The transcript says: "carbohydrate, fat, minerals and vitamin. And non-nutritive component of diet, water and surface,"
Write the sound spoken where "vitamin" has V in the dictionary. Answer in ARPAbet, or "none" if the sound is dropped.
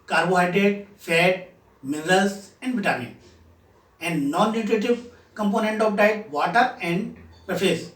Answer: B